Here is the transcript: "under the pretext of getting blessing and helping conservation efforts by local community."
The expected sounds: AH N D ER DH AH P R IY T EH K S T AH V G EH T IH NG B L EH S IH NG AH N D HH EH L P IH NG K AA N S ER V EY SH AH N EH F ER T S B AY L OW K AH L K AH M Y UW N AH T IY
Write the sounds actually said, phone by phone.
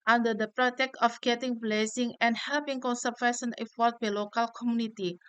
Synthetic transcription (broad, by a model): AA N D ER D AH P R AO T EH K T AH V G EH T IH NG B L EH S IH NG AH N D HH EH L P IH NG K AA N S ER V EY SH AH N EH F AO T B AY L OW K AH L K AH M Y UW N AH T IY